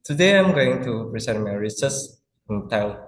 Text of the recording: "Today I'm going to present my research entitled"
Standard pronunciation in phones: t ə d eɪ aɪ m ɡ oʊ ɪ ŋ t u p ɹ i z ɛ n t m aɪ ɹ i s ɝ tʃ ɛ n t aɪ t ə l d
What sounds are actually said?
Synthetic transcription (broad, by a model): t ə d eɪ aɪ m ɡ oʊ ɪ ŋ t u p ɹ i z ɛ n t m aɪ ɹ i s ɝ s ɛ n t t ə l